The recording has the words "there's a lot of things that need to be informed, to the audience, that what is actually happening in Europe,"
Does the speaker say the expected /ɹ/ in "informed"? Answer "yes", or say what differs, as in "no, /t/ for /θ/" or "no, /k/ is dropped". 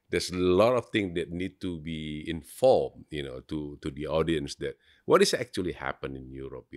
no, /l/ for /ɹ/